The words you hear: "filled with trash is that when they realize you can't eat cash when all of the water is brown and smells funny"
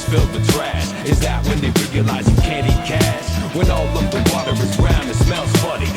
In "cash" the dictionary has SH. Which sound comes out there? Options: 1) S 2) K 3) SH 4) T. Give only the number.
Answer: 1